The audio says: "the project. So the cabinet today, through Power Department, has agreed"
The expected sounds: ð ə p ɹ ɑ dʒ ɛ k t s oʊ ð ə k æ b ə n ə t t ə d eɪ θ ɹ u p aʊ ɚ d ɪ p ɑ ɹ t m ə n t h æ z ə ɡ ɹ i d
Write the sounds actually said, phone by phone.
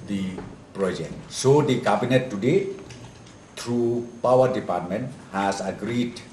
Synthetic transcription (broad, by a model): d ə p ɹ ɑ dʒ ɛ k t s oʊ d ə k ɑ b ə n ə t t ə d eɪ t ɹ u p aʊ ɚ d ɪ p ɑ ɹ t m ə n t h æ s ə ɡ ɹ i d